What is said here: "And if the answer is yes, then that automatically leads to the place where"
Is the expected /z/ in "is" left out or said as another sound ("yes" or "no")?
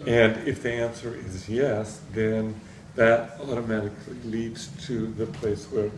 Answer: no